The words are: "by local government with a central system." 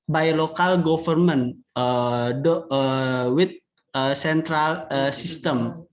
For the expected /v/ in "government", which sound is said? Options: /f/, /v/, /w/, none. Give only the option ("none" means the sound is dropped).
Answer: /f/